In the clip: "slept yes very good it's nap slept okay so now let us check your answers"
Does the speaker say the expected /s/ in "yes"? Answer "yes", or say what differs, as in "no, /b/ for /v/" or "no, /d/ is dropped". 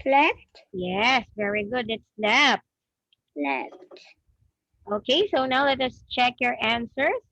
yes